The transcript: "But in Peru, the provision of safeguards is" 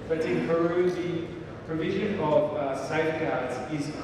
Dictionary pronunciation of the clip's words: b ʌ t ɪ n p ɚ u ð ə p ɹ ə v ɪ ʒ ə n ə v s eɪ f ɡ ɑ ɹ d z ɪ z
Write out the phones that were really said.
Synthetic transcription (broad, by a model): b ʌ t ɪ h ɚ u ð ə p ɹ ə v ɪ ʒ ə n ə v s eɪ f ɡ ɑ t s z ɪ z